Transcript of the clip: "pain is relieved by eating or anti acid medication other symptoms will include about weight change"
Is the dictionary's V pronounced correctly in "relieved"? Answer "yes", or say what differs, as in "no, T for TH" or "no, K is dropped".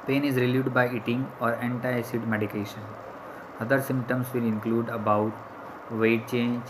no, V is dropped